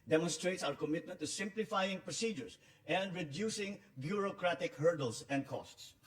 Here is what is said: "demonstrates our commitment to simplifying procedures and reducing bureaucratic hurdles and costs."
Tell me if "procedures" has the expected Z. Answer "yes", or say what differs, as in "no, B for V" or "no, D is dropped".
no, S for Z